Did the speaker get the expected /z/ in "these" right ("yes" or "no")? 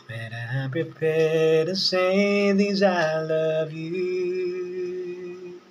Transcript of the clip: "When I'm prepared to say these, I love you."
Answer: yes